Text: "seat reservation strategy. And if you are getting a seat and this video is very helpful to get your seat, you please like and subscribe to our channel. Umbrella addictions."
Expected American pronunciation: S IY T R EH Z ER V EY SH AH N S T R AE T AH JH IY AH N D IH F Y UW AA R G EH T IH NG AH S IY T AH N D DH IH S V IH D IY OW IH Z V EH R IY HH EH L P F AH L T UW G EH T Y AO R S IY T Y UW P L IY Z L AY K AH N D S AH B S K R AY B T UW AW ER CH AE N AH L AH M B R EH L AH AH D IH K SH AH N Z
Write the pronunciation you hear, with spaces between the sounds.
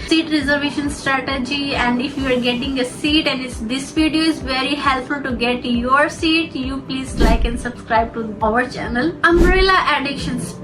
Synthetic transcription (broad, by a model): S IY T R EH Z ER V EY SH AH N S T R AE T AH JH IY AH N D IH F Y UW AA R G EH T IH NG AH S IY T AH N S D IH S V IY D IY OW IH Z V EH R IY HH EH L P F AH L T UW G EH T Y AO R S IY T Y UW P L IY Z L AY K AH N D S AH B S K R AY B T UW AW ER CH AE N AH L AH M R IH L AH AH D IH K SH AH N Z